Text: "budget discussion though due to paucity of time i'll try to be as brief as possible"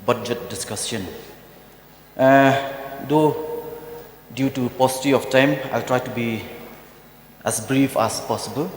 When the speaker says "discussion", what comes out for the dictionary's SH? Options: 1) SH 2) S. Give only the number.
2